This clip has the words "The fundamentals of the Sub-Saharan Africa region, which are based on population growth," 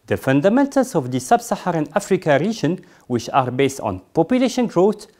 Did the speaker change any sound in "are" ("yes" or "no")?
no